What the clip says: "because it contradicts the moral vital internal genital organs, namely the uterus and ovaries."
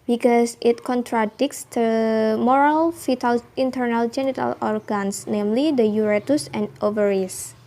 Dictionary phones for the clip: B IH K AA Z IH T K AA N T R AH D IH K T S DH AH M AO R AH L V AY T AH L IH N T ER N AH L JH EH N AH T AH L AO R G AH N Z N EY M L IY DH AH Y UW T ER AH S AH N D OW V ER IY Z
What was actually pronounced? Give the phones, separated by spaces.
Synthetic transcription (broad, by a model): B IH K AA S IH T K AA N T R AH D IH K S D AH M AO R AH L F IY T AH L IH N T ER N AH L JH EH N AH T AH L AO R G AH N S N EY M L IY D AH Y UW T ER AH S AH N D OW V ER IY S